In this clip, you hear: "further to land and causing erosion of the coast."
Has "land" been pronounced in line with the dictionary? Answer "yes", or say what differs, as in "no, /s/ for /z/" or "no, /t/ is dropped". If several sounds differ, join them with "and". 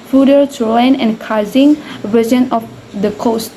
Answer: no, /d/ is dropped